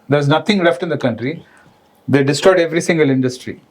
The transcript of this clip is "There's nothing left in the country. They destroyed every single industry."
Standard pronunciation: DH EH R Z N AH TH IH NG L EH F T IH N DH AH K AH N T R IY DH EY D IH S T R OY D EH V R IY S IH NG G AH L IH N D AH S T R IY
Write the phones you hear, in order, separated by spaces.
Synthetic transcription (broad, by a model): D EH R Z N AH T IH NG L EH F T IH N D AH K AH N T R IY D EY D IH S T OY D EH V R IY S IH NG G AH L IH N D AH S T R IY